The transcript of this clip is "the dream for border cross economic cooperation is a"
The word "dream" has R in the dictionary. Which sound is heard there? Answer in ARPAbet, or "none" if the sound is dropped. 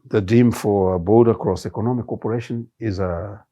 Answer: none